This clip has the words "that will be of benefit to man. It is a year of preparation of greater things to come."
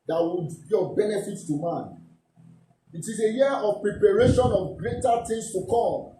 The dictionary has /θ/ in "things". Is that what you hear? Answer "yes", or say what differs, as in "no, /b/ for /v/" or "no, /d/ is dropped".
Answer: no, /t/ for /θ/